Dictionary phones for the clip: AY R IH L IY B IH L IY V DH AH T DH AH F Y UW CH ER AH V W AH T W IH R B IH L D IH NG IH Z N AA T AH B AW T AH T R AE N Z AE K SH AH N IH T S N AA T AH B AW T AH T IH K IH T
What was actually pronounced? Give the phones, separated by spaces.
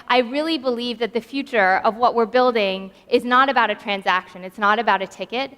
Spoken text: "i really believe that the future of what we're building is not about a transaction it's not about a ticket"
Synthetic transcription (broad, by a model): AY R IH L IY B IH L IY V DH AH T DH AH F Y UW CH ER AH V W AH T W IH R B IH L D IH NG IH Z N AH T AH B AW T AH T R AE N Z AE K SH AH N IH T S N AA T AH B AW T AH T IH K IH T